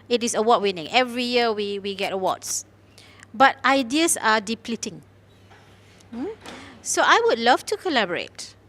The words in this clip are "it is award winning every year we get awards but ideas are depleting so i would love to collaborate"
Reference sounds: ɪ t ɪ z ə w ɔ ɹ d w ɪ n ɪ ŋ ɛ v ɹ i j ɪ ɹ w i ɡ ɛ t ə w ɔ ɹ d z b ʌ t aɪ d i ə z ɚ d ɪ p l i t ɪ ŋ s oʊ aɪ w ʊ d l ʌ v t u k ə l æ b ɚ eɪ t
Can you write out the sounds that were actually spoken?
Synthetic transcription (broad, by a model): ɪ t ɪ s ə w ɔ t w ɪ n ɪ ŋ ɛ v ɹ i j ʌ w w i ɡ ɛ t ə w ɔ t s b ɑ t aɪ d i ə s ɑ d ɪ p l i t ɪ ŋ s oʊ aɪ w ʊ d l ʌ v t u k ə l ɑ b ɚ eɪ t